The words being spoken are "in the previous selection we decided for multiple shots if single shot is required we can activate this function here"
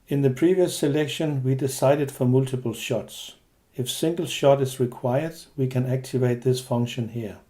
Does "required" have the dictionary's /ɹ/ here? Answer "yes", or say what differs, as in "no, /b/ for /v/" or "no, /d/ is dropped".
yes